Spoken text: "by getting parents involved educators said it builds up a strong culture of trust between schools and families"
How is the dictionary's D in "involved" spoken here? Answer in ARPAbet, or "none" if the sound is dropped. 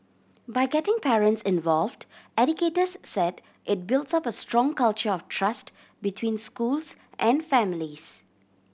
D